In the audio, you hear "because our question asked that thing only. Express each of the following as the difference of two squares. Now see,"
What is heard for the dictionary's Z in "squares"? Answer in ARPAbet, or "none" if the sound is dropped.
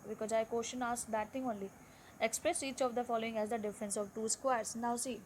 S